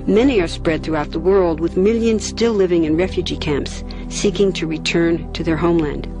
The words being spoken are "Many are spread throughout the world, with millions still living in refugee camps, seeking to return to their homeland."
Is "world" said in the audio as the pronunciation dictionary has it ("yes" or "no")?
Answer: yes